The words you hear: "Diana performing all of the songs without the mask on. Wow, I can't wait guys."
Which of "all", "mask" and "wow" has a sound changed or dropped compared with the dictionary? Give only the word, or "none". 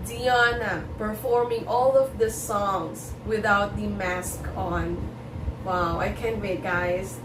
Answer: none